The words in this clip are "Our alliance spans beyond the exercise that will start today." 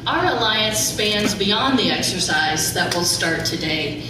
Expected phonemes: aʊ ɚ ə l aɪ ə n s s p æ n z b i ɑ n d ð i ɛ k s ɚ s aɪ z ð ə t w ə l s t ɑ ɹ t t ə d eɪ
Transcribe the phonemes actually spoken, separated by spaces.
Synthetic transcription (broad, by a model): aʊ ɚ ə l aɪ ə n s s p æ n z b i ɑ n ð i ɛ k s ɚ s aɪ z ð ə t w ə l s t ɑ ɹ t t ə d eɪ